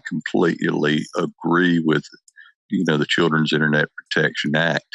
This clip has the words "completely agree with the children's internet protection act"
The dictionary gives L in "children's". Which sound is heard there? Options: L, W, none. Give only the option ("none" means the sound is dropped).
L